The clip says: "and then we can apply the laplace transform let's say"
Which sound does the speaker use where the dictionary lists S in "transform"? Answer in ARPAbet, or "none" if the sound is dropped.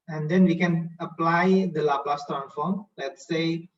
none